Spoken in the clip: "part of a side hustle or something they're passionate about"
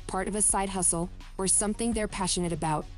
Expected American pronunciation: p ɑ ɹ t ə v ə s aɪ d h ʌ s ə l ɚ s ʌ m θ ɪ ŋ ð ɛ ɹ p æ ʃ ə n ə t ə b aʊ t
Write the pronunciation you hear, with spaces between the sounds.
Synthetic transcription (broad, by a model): p ɑ ɹ t ə v ə s aɪ d h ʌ s l ɚ s ʌ m θ ɪ ŋ ð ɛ ɹ p æ ʃ ə n ə t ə b aʊ t